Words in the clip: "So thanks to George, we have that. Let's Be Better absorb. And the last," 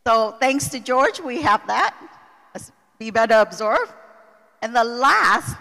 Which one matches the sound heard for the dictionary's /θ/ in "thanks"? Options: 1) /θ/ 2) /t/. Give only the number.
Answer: 1